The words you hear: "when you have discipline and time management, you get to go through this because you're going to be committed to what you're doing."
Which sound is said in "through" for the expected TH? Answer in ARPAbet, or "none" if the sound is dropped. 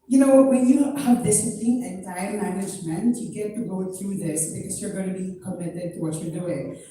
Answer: T